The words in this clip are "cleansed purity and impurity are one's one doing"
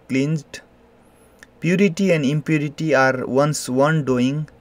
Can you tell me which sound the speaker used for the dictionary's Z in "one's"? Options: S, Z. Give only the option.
S